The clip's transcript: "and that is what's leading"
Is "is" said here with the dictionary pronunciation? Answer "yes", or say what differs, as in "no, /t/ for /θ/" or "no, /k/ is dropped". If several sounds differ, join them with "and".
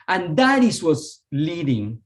no, /s/ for /z/